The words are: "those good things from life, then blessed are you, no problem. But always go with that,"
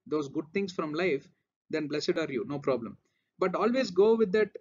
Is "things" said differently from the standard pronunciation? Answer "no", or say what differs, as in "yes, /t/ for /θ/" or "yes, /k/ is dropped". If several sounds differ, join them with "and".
yes, /t/ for /θ/ and /s/ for /z/